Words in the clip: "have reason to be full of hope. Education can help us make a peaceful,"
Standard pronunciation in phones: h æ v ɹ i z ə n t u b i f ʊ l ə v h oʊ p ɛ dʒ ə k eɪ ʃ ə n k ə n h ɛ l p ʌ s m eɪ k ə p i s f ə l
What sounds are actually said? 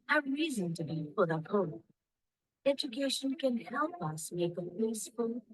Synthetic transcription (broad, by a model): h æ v ɹ i z ə n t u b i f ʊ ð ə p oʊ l ɛ dʒ ə k eɪ ʃ ə n k ə n h ɛ l p ʌ s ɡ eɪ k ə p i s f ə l